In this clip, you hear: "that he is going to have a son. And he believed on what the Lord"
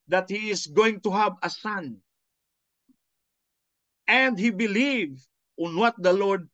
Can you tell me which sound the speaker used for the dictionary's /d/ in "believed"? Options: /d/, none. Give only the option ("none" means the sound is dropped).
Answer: none